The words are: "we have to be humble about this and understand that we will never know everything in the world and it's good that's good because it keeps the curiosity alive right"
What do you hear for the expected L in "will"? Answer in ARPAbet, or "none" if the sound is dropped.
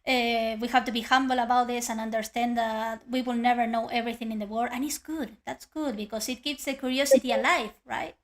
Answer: L